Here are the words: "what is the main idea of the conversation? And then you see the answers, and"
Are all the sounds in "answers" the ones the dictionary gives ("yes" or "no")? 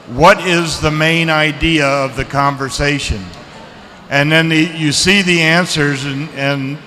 yes